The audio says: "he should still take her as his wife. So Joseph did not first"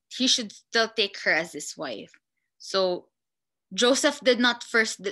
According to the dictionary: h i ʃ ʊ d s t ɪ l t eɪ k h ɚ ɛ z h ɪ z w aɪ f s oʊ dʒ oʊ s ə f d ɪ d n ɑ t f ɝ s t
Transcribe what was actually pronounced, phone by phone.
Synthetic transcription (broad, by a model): h i ʃ ʊ d s t ɪ l t eɪ k h ɚ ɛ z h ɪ s w aɪ f s oʊ dʒ oʊ s ə f d ɪ d n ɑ t f ɝ s t